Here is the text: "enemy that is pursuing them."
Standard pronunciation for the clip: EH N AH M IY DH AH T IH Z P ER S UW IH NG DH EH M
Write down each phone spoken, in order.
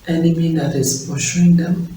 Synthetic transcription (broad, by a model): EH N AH M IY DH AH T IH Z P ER SH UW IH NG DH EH M